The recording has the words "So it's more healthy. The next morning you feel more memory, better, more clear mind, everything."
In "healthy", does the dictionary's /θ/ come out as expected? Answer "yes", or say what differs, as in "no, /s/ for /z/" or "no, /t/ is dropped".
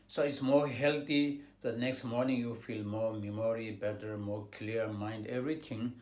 no, /t/ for /θ/